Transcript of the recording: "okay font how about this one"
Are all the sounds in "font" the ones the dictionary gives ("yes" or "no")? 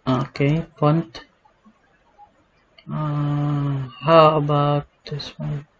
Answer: no